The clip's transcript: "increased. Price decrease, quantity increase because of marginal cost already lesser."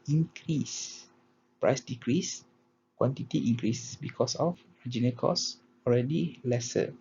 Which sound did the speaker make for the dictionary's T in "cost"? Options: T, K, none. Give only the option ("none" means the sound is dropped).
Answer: none